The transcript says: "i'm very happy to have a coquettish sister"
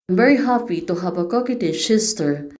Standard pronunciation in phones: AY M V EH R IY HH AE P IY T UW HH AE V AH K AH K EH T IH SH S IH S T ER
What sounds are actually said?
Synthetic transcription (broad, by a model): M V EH R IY HH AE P IY T UW HH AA P AH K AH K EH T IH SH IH S T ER